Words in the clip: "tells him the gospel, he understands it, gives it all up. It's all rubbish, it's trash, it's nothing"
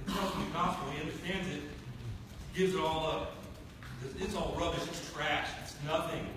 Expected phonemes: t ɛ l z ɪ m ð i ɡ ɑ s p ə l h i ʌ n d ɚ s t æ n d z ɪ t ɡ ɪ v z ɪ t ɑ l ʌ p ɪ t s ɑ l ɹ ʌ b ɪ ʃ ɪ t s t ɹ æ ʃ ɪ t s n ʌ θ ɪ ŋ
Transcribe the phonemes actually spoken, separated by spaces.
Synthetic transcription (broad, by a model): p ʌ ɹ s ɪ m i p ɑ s ə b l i ʌ n d ɚ s t æ n d z ɪ t ɡ ɪ v z ɪ t ɑ l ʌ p ɪ t s ɑ l ɹ ʌ b ɪ ʃ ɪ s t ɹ æ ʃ ɪ t s n ʌ θ ɪ ŋ